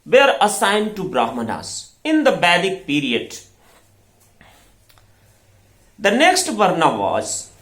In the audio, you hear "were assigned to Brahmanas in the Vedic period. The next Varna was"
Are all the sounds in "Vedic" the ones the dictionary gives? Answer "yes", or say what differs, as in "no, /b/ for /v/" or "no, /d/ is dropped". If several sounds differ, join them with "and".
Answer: no, /b/ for /v/